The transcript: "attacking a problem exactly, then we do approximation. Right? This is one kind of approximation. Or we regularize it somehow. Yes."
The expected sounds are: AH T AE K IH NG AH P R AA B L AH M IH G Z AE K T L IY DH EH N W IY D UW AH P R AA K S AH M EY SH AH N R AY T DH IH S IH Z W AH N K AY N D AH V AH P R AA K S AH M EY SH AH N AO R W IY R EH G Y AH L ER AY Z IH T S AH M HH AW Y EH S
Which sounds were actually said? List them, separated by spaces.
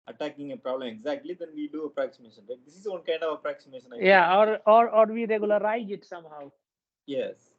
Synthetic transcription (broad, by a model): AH T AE K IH NG AH P R AA B L AH M IH G Z AE K T L IY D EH N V IY D UW AH P R AA K S AH M EY SH AH N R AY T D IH S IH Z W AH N K AY N D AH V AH P R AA K S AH M EY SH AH N AO R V IY R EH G Y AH L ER AY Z IH T S AH M HH AW Y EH S